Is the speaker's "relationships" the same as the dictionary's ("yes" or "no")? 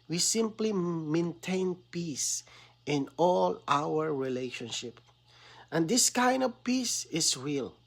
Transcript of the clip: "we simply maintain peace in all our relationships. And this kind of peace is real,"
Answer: no